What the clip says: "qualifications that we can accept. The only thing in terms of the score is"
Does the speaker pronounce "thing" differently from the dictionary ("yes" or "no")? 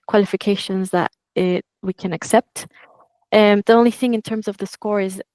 no